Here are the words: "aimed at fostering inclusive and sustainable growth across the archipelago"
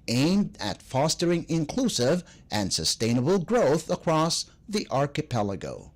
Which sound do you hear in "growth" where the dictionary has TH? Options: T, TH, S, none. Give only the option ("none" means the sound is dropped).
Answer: TH